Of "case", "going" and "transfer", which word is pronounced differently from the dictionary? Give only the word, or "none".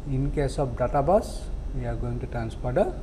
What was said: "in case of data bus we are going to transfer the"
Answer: transfer